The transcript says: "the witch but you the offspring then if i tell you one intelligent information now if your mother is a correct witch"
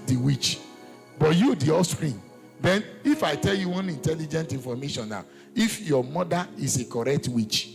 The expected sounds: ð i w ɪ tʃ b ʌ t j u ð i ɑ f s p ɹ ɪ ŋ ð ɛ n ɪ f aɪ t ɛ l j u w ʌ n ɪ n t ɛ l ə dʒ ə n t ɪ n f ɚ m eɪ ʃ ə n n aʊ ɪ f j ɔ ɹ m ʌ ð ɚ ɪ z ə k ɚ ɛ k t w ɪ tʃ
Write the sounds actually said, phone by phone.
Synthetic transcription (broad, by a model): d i w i tʃ b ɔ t j u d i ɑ s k ɹ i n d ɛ n ɪ f aɪ t ɛ l j u w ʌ n ɪ n t ɛ l ə dʒ ə n t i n f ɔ m eɪ ʃ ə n n aʊ ɪ f j ɔ m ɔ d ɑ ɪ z ə k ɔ ɛ k t w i tʃ